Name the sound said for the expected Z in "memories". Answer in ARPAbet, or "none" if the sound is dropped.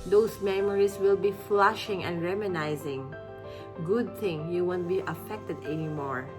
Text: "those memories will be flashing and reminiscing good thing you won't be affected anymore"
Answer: S